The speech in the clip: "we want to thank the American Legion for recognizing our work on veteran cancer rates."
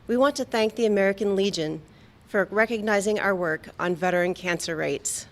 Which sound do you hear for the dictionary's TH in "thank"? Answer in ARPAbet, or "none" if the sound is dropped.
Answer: TH